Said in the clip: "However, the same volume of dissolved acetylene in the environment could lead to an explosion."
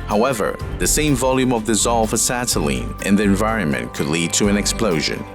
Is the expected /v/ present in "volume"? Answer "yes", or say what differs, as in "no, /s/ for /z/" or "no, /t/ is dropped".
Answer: yes